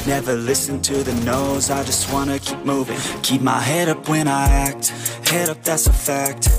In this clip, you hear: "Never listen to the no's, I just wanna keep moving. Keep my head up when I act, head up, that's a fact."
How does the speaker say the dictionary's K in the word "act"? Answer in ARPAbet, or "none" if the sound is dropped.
K